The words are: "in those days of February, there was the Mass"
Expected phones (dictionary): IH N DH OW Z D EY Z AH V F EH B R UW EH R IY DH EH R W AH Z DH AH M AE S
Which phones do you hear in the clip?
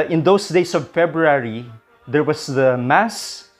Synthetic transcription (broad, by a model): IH N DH OW S D EY S AH V F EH B R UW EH R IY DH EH R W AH S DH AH M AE S